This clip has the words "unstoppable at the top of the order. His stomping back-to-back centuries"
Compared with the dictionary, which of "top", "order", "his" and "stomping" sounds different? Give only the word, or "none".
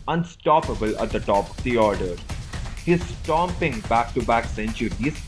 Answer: none